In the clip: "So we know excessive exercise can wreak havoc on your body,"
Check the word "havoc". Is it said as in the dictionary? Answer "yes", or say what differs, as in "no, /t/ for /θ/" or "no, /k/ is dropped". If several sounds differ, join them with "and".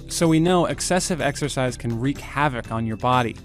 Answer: yes